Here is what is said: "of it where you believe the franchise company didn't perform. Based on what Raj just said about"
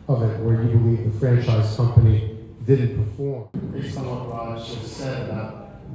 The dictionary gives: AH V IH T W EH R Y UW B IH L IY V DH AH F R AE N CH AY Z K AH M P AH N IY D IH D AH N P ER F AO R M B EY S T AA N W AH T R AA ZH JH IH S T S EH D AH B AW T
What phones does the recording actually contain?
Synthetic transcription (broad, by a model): AH V IH T W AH R Y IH B IH L IY V DH AH F R AE N CH AY Z K AH M P AH N IY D IH D N P ER F AO R M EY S AA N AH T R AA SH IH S S EH D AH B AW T